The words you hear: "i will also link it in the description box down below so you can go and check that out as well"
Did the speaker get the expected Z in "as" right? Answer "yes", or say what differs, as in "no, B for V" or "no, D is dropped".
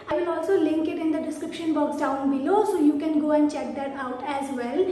yes